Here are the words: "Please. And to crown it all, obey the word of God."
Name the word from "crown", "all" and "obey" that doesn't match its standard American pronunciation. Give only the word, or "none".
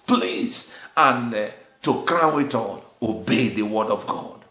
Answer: crown